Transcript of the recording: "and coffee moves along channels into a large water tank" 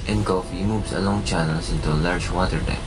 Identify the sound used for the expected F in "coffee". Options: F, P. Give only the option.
F